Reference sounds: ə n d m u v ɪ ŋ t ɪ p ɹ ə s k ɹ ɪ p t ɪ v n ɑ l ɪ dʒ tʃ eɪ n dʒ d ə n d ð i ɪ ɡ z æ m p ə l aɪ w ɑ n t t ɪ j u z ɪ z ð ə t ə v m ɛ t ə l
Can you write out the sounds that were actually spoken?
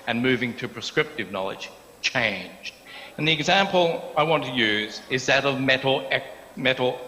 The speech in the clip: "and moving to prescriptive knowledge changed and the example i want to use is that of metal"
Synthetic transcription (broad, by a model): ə n m u v ɪ ŋ t ɪ p ɹ ə s k ɹ ɪ p t ɪ v n ɑ l ɪ dʒ tʃ eɪ n dʒ d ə n ð i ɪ ɡ z æ m p l aɪ w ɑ n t t ɪ j u z ɪ z ð ə t ə v m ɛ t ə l